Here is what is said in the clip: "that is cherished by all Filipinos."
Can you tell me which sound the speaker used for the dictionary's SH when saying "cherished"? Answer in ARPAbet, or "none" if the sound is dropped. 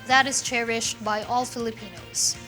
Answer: SH